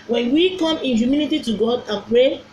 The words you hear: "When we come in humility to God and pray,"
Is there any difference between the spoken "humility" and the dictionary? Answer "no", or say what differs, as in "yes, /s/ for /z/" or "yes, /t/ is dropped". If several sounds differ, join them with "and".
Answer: yes, /n/ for /l/